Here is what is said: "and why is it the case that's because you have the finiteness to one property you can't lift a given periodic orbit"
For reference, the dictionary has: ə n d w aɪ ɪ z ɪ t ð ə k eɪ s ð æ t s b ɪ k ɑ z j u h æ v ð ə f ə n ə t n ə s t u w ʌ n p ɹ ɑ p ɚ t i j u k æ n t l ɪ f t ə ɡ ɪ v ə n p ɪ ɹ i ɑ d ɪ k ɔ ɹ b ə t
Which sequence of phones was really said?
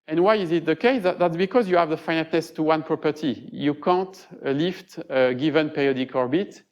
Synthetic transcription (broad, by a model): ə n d w aɪ ɪ z ɪ t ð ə k eɪ s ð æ t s b ɪ k ɑ z j u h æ v ð ə f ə n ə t n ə s t u w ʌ n p ɹ ɑ p ɚ t i j u k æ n t l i f t ə ɡ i v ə n p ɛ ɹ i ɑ d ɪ k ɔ ɹ b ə t